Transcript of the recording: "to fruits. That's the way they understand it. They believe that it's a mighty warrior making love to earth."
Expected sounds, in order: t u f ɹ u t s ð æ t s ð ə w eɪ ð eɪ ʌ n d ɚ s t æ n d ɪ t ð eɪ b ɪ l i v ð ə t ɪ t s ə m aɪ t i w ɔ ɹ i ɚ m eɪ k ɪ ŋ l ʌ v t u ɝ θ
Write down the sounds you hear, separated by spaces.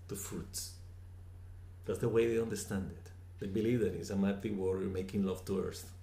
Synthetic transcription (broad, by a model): t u f ɹ u t s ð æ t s ð ə w eɪ ð eɪ ʌ n d ɚ s t æ n d ɪ t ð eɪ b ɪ l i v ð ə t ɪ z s ə m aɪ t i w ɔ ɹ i m eɪ k ɪ ŋ l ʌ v t u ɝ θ